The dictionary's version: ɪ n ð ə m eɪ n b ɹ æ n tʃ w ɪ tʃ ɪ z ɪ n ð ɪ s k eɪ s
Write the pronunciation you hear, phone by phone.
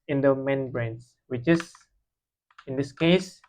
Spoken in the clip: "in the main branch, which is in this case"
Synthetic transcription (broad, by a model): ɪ n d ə m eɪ n b ɹ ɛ n s w ɪ tʃ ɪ s ɪ n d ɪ s k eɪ s